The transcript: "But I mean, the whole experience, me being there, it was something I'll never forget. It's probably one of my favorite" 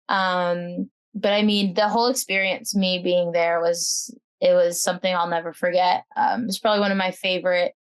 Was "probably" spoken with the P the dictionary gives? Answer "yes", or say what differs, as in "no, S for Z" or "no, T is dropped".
yes